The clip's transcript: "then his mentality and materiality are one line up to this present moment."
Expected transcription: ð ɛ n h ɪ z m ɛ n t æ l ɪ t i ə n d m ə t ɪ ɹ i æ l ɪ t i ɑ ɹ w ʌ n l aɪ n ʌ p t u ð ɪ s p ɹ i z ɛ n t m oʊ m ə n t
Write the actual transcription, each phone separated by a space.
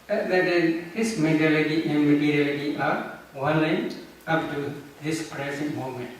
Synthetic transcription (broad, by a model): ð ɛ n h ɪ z m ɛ t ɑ l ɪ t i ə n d m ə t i ɹ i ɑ l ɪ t i ɑ ɹ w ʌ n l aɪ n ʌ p t u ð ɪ s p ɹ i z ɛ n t m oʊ m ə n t